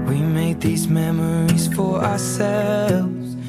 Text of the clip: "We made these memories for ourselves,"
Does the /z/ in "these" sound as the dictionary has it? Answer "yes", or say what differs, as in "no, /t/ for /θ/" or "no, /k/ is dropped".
yes